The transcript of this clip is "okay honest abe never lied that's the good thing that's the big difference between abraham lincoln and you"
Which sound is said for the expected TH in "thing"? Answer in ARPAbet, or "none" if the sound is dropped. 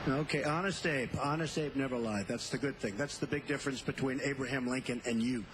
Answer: TH